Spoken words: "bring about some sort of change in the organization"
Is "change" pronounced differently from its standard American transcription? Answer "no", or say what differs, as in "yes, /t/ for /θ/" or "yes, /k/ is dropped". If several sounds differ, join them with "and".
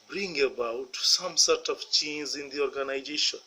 yes, /z/ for /dʒ/